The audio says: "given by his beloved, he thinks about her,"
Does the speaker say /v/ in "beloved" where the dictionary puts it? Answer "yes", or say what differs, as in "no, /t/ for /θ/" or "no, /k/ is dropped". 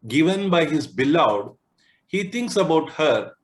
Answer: no, /v/ is dropped